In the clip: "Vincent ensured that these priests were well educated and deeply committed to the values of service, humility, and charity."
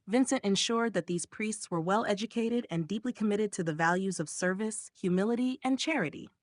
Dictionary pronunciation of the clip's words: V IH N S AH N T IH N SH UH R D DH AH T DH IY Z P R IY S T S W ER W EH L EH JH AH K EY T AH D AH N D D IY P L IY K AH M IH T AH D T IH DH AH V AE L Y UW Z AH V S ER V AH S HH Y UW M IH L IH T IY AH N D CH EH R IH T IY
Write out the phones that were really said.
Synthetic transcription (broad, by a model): V IH N S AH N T IH N SH UH R D DH AH T DH IY Z P R IY S T S W ER W EH L EH JH AH K EY T AH D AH N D D IY P L IY K AH M IH T AH D T IH DH AH V AE L Y UW Z AH V S ER V AH S HH Y UW M IH L IH T IY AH N CH EH R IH T IY